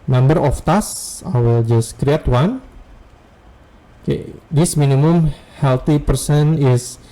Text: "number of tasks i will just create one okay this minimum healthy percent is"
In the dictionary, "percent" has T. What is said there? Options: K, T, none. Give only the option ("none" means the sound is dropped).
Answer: none